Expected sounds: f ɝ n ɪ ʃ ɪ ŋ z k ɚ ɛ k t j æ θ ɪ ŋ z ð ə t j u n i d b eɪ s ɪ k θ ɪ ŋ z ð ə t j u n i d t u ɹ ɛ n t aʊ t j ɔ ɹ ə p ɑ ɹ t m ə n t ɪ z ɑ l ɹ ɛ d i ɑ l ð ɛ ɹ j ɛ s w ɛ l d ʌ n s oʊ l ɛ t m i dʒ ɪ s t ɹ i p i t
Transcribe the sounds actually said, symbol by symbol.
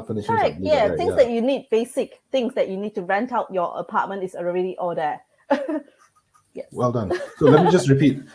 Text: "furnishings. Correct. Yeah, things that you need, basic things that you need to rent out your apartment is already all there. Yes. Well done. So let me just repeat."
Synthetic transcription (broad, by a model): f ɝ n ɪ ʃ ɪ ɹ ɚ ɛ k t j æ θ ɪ ŋ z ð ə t j u n i d b eɪ s ɪ k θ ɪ ŋ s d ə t j u n i d t u ɹ ɛ n t aʊ t j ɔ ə p ɑ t m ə n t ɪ s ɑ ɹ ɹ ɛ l i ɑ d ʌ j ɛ w ɛ l d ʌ n s oʊ l ɛ t m i dʒ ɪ s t ɹ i p i t